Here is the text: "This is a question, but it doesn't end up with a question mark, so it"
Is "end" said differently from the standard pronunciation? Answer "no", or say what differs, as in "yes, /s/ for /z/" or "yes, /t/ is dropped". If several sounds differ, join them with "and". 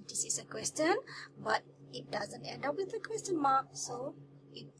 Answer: no